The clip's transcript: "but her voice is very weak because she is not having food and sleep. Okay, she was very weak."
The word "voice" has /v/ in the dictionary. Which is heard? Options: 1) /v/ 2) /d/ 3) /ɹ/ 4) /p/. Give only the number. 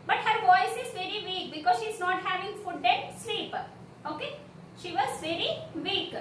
1